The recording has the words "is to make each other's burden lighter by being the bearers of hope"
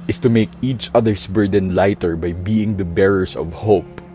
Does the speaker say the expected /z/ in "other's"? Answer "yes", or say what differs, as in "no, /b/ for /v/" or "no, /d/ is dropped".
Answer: no, /s/ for /z/